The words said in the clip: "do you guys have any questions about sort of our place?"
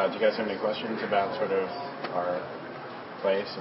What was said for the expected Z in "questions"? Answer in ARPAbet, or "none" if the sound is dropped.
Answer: Z